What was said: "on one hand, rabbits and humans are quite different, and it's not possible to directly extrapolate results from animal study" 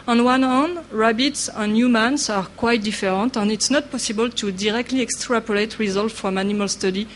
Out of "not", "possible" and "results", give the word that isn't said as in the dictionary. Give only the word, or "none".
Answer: results